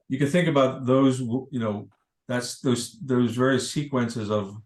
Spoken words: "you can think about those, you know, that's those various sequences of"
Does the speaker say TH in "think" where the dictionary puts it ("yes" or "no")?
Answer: yes